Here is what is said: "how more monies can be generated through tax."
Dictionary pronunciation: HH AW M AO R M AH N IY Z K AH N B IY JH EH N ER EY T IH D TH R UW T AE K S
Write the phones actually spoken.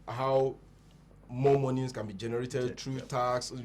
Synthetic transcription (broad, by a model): HH AW M AO M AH N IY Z K AH N B IY JH EH N ER EY T IH D T R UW T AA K S